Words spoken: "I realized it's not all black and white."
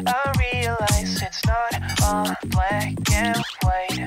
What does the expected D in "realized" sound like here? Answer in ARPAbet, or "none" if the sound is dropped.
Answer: none